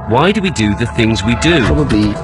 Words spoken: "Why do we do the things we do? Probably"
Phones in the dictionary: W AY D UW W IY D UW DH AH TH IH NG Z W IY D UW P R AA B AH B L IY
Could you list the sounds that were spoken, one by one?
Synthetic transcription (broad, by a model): W AY D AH W IY D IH DH AH TH IH NG Z W IY D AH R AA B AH B L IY